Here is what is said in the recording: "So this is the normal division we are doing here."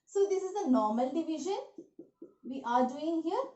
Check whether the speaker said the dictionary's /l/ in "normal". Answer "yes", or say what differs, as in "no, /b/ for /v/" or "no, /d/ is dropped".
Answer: yes